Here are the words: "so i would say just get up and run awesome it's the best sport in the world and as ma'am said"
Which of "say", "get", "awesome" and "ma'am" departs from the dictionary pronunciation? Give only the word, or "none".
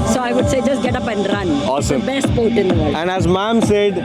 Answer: none